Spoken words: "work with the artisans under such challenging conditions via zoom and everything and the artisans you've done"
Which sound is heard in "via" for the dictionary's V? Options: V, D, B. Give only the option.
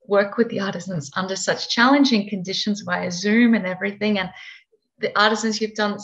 B